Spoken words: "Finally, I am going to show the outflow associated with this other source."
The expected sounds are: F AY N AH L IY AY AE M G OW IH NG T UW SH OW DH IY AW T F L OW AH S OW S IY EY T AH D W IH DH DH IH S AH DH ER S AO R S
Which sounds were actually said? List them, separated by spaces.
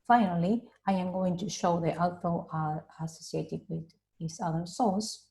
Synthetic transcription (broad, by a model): F AY N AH L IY AY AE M G OW IH NG T UW SH OW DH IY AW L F OW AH S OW S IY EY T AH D W IH DH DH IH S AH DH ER S AO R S